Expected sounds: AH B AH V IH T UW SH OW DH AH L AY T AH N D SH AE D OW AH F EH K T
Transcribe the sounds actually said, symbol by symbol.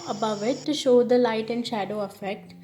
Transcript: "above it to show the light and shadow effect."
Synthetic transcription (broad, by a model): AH B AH V IH T UW SH OW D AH L AY T AH N D SH AE D OW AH F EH K T